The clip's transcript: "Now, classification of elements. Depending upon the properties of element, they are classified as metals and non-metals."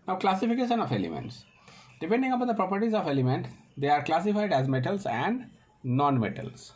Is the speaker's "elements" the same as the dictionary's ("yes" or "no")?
yes